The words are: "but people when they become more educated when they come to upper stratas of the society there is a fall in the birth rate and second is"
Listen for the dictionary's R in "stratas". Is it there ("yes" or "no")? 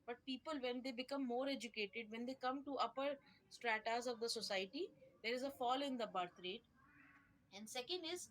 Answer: yes